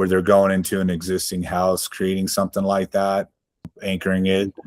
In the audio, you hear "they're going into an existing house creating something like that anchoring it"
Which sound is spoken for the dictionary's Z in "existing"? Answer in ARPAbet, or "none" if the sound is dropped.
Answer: Z